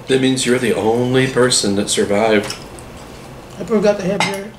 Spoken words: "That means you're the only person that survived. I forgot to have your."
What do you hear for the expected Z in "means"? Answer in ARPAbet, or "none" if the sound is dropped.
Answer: Z